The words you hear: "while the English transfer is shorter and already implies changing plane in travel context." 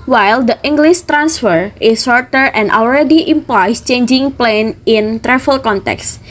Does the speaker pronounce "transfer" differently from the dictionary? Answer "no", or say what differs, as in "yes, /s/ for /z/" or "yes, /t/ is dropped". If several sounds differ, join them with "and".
no